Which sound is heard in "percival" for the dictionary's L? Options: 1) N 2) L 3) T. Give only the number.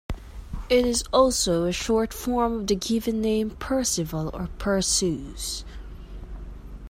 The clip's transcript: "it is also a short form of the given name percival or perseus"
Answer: 2